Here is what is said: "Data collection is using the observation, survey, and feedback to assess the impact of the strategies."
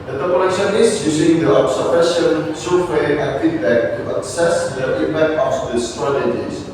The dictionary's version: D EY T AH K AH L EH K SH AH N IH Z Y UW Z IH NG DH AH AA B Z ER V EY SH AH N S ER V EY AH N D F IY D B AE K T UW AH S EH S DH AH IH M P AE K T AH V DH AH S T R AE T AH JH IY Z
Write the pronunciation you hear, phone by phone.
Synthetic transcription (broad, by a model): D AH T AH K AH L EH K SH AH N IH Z Y UW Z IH NG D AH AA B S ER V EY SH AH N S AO W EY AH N F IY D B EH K T UW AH S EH S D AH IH M P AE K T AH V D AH S T R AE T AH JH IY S